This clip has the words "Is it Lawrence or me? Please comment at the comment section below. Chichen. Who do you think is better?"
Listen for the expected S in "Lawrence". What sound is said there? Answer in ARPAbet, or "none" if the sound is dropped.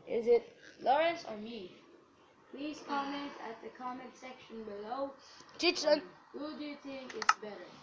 S